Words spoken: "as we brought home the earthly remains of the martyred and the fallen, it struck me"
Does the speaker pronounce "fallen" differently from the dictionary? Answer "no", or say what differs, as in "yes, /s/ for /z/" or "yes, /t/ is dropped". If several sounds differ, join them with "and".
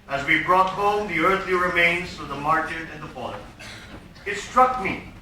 yes, /n/ is dropped